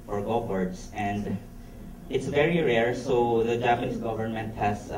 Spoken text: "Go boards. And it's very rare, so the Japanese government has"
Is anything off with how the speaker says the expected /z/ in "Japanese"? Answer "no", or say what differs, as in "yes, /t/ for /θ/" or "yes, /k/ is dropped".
yes, /s/ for /z/